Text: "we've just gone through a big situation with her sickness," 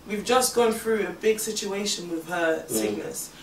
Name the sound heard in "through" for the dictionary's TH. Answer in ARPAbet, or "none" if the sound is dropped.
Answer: TH